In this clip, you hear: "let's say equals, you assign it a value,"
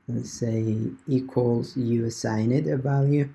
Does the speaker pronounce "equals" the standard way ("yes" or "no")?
yes